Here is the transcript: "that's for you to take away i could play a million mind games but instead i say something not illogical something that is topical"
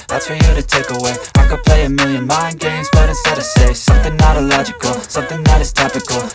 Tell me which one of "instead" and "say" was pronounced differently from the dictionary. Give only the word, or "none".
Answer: instead